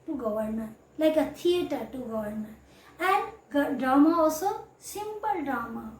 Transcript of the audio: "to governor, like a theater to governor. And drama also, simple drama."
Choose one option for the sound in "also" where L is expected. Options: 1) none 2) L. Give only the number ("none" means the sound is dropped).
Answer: 1